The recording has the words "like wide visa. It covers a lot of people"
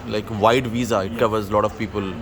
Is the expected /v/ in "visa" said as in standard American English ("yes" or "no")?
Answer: yes